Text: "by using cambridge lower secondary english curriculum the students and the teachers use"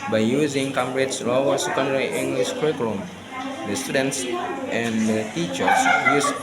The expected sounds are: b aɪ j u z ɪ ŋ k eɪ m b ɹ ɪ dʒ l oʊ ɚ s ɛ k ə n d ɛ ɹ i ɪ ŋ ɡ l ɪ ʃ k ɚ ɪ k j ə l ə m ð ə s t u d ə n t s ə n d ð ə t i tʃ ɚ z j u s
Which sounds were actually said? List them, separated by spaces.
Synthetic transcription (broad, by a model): b aɪ j u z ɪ ŋ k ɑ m ɹ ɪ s l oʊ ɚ s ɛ k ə n d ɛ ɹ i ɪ ŋ ɡ l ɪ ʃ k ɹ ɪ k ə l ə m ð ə s t u d ə n t s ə n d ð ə t i tʃ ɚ s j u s